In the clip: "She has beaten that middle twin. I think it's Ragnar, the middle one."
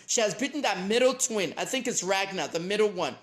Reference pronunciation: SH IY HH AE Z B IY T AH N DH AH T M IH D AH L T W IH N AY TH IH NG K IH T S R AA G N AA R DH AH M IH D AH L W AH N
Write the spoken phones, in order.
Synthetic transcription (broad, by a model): SH IY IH Z B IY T N DH AH T M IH D L T W IH N AY TH IH NG K IH T S R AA G N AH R DH AH M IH D L W AH N